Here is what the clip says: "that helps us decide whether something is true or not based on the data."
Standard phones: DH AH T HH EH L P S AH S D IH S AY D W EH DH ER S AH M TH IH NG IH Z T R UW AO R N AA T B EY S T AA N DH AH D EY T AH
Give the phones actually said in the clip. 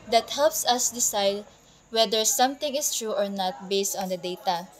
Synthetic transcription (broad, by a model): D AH T HH EH L P S AH S D IH S AY D W EH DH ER S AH M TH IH NG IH S T R UW AO R N AA T B EY S T AA N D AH D EY T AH